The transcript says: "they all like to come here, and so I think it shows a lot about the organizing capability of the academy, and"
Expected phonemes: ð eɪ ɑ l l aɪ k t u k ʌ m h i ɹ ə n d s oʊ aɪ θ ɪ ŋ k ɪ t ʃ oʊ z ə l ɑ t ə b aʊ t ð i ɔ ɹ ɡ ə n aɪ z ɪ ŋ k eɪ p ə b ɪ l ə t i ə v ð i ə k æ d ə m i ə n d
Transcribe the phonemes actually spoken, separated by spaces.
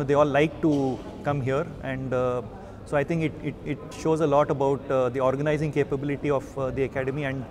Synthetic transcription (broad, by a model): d eɪ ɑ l l aɪ k t u k ʌ m h i ɹ ə n d s oʊ aɪ t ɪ ŋ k ɪ t ʃ oʊ z ə l ɑ t ə b aʊ t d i ɔ ɹ ɡ ə n aɪ z ɪ ŋ k eɪ p ə b ɪ l ə t i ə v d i ə k æ d ə m i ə n d